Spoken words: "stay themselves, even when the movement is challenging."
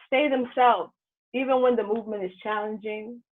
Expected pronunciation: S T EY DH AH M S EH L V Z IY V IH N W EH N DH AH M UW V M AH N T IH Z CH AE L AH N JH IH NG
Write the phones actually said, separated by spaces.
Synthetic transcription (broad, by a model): S T EY DH AH M S EH L V Z IY V IH N W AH N DH AH M UW V M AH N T IH Z CH AE L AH N JH IH NG